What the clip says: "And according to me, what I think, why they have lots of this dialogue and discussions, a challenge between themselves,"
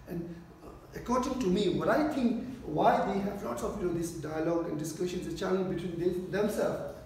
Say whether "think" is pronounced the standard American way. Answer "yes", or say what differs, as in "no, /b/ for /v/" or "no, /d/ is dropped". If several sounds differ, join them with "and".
no, /t/ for /θ/